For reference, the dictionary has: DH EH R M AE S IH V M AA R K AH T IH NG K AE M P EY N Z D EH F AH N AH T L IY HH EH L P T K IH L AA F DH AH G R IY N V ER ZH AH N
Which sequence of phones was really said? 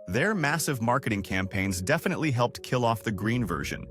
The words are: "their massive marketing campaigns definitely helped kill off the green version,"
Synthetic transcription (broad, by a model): DH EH R M AE S IH V M AA R K AH T IH NG K AE M P EY N Z D EH F AH N AH T L IY HH EH L P T K IH L AA F DH AH G R IY N V ER ZH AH N